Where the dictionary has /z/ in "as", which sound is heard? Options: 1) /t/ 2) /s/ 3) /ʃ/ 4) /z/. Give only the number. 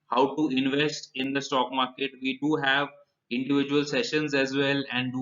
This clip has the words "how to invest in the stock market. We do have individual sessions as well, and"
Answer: 4